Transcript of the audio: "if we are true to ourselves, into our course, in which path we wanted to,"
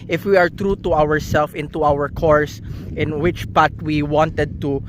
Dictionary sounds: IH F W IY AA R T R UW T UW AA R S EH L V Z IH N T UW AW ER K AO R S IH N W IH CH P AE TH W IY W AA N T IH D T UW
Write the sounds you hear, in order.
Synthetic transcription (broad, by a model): IH F W IY AA R T R UW T UW AA R S EH L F IH N T UW AW ER K AO R S IH N W IH CH P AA T W IY W AA N T IH D T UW